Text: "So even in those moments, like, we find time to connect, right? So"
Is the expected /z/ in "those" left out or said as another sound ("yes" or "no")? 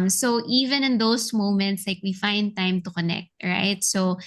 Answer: yes